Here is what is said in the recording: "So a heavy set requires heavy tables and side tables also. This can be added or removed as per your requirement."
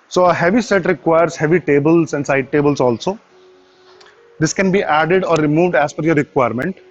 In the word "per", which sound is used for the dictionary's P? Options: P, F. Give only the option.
F